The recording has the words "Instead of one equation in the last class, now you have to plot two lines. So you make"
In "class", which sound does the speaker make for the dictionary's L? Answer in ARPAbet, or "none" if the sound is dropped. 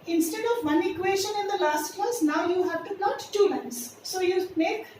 none